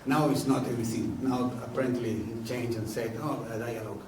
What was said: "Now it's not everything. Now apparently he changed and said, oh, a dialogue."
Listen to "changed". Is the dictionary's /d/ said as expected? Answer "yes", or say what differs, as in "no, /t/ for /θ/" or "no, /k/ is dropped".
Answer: no, /d/ is dropped